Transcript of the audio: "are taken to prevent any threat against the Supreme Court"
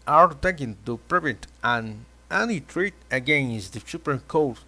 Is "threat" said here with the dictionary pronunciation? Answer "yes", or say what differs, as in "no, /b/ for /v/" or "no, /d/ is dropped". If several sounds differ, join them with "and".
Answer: no, /t/ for /θ/